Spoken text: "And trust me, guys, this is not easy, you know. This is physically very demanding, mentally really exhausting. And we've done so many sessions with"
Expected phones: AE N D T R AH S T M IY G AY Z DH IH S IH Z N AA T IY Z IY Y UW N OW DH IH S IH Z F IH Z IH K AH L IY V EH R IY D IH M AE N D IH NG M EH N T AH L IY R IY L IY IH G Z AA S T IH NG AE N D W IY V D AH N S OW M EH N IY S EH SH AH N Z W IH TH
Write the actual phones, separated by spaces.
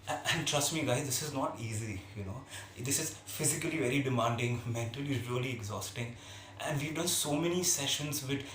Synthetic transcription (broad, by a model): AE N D T R AH S T M IY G AY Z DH IH S IH Z N AA T IY Z IY Y UW N OW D IH S IH Z F IH Z IH K AH L IY V EH R IY D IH M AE N D IH NG M EH N T AH L IY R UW L IY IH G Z AA S T IH NG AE N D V IY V D AH N S OW M EH N IY S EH SH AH N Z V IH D